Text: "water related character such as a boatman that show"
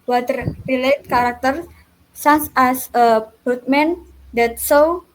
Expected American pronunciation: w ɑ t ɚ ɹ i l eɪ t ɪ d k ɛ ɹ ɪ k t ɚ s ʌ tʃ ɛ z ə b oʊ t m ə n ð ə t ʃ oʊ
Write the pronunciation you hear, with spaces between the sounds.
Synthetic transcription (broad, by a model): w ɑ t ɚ ɹ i l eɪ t k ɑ ɹ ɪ k t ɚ s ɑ s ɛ s ə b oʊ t m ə n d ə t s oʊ